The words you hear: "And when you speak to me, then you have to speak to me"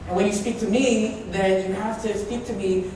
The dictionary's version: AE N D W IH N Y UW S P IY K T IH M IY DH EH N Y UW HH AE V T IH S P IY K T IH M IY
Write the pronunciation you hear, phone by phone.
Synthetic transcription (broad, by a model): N W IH N Y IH S P IY K T IH M IY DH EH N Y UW HH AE F T IH S P IY K T IH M IY